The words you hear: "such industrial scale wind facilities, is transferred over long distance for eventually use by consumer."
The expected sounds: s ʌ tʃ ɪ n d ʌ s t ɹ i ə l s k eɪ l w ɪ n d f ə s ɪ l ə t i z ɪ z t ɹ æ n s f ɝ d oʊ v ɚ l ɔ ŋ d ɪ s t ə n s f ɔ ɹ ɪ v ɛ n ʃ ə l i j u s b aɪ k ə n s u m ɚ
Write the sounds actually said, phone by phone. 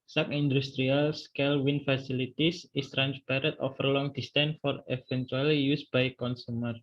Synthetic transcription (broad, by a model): s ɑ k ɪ n d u s t ɹ i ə l s k eɪ l w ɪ n f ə s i l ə t i s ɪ s t ɹ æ n s p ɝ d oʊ f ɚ l ɔ ŋ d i s t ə n f ɔ ɹ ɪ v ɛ n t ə l i j u s b aɪ k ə n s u m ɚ